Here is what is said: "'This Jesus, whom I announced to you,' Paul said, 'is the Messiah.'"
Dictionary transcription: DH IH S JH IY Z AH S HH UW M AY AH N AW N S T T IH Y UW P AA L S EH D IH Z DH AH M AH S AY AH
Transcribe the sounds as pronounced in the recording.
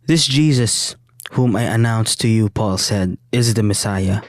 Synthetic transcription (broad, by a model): DH IH S JH IY Z AH S HH UW M AY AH N AW N S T T IH Y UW P AA L S EH D IH Z DH AH M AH S AY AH